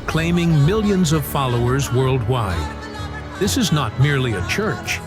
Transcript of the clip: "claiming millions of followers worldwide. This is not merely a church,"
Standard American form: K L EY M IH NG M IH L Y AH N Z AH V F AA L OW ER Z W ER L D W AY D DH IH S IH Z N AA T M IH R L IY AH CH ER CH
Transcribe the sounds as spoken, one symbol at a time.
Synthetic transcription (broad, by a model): K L EY M IH NG M IH L Y AH N Z AH V F AA L OW ER Z W ER L D W AY D DH IH S IH Z N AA T M IH R L IY AH CH ER CH